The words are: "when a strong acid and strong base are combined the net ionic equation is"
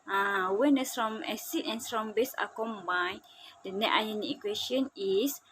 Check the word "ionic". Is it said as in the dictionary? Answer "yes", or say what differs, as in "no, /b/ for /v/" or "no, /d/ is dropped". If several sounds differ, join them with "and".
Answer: no, /k/ is dropped